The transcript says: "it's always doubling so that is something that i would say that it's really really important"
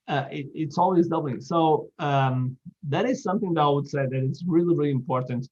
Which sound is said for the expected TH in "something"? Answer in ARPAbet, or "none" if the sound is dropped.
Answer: TH